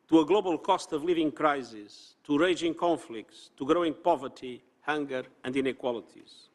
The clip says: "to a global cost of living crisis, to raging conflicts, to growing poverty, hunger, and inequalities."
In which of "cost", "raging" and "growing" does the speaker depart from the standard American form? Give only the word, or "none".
none